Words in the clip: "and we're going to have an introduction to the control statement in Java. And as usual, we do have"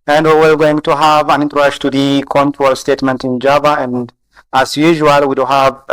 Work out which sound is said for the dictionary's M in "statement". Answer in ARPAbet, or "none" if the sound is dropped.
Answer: M